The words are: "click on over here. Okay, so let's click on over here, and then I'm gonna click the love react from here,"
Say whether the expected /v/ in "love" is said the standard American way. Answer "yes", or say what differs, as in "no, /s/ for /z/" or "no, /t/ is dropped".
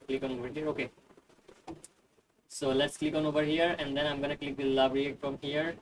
no, /b/ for /v/